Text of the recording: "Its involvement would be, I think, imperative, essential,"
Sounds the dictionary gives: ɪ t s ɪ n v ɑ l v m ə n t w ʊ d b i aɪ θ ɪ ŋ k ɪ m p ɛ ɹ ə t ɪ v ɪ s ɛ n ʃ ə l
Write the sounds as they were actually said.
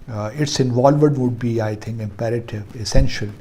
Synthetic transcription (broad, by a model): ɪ t s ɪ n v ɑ l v ə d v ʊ d b i aɪ t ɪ ŋ k ɪ m p ɛ ɹ ə t ɪ v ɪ s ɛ n ʃ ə l